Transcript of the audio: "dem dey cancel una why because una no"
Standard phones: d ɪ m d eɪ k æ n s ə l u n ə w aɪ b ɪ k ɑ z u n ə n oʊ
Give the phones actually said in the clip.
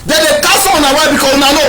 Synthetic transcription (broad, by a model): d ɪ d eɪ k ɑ s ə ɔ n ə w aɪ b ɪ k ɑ u n ə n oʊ